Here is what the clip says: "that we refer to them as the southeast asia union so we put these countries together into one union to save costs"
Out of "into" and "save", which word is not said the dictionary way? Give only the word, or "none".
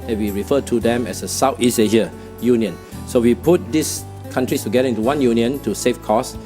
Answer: save